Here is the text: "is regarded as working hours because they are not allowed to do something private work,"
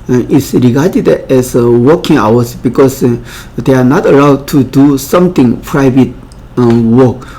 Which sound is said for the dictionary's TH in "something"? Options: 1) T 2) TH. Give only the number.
1